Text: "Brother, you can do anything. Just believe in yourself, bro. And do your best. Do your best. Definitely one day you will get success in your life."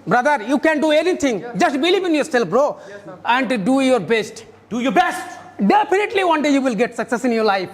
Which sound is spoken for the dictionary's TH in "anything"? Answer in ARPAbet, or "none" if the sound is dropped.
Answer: T